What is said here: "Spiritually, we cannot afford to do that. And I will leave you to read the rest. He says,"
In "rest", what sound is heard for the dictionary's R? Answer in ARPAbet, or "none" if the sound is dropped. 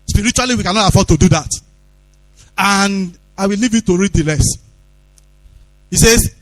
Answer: L